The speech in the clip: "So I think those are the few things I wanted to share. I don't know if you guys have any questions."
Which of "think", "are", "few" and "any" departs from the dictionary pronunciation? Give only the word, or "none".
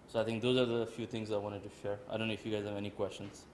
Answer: think